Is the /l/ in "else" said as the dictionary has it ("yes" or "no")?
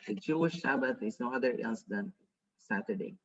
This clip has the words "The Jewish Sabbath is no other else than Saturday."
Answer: no